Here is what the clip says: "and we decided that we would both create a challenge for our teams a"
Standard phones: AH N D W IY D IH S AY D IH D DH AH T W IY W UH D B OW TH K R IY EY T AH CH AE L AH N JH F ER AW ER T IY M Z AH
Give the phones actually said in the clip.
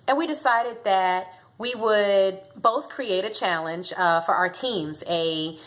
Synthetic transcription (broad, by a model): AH N W IY D IH S AY D IH D DH AH T W IY W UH D B OW TH K R IY EY T AH CH AE L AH N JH F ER AW ER T IY M Z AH